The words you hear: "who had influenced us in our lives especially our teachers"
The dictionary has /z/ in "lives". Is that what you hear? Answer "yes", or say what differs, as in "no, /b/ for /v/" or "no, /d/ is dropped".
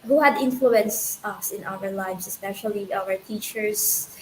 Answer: no, /s/ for /z/